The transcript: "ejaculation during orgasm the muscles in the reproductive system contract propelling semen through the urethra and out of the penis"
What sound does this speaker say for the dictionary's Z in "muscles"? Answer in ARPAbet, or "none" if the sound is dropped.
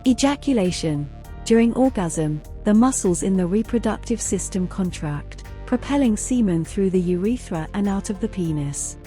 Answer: Z